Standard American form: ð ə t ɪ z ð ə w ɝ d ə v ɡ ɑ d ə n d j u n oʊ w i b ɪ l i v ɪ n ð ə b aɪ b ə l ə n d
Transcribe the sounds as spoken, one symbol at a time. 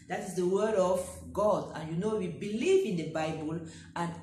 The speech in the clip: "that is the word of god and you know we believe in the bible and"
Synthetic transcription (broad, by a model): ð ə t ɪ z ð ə w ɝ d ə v ɡ ɑ d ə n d j u n oʊ w i b ɪ l i v ɪ n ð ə b aɪ b ə l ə n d